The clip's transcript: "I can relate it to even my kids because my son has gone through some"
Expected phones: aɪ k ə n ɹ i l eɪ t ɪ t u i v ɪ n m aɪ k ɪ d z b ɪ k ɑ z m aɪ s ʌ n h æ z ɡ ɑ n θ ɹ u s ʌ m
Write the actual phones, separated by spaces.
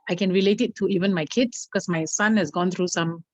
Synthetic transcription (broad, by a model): aɪ k ə n ɹ i l eɪ t ɪ t u i v ɪ n m aɪ k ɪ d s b k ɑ s m aɪ s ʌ n h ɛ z ɡ ɑ n t ɹ u s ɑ m